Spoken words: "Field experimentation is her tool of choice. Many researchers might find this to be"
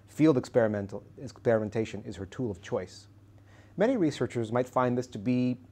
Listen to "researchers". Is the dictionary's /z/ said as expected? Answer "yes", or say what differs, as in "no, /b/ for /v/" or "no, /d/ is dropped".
yes